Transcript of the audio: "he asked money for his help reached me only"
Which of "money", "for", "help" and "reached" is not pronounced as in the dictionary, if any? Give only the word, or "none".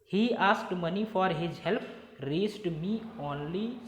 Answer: reached